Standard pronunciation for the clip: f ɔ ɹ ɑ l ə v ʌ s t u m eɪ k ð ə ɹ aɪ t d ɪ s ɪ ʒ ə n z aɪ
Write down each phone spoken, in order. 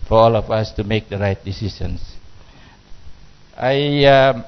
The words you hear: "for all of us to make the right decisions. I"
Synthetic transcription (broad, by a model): f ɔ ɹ ɑ l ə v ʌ s t u m eɪ k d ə ɹ aɪ t d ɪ s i s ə n s aɪ